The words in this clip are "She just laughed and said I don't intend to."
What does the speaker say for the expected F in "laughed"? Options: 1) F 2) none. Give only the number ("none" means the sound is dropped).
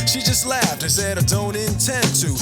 1